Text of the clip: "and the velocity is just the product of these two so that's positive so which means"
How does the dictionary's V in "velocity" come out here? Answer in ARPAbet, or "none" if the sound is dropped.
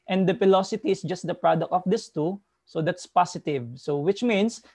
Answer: F